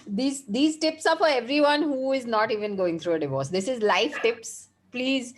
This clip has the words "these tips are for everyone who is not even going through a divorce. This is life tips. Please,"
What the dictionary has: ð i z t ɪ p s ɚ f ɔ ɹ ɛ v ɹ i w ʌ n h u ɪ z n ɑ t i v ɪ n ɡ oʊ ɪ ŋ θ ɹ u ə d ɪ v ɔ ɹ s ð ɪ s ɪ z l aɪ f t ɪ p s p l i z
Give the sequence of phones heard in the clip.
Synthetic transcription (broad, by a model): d i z t ɪ p s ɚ f ɔ ɹ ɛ v ɹ i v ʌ n h u ɪ z n ɑ t i v ɪ n ɡ oʊ ɪ ŋ t ɹ u ə d ɪ v ɔ ɹ s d ɪ s ɪ z l aɪ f t ɪ p s p l i z